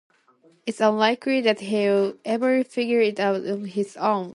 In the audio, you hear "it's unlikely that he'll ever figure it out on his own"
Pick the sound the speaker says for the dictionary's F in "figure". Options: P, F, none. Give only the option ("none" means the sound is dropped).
F